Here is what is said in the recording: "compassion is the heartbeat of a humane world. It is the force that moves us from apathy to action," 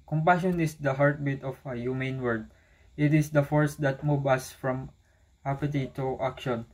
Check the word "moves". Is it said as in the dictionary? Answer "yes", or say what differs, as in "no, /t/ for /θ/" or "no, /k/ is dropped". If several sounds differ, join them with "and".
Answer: no, /z/ is dropped